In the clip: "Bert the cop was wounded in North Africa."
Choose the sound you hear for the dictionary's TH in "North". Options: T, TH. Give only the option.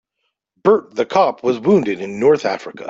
TH